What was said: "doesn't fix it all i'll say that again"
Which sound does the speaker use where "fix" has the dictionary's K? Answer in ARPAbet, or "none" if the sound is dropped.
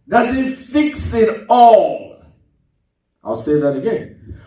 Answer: K